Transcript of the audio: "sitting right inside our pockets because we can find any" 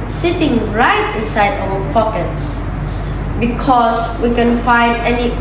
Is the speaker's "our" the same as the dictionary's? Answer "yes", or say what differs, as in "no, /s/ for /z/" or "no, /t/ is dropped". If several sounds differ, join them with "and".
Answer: no, /w/ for /ɹ/